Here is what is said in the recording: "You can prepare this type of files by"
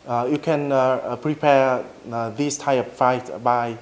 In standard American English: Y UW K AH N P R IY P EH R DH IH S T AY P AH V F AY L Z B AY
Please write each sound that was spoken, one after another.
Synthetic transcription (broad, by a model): Y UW K AH N P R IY P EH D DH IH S T AY AH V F AY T B AY